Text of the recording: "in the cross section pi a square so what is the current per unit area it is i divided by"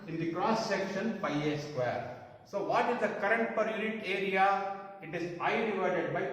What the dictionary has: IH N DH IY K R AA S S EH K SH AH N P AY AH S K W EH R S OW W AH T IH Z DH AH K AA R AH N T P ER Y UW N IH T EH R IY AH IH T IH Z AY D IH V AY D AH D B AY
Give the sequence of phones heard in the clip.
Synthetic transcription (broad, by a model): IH N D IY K R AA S S EH K SH AH N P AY AH S K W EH R S OW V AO T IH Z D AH K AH R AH N T P ER Y UW N IH T EH R IY AH IH T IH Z AY D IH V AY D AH D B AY